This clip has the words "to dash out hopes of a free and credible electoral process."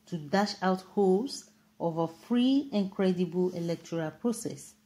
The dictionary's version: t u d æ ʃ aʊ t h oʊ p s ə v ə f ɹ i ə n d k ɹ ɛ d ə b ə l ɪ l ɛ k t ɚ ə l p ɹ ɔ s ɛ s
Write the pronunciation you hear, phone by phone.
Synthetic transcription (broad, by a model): t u d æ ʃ aʊ t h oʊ s ə v ə f ɹ i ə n k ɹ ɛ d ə b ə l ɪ l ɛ k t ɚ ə l p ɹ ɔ s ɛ s